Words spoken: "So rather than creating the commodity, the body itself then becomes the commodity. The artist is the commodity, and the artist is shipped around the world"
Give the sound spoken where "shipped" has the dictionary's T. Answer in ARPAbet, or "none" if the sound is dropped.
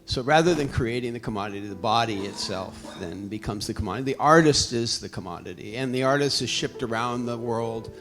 T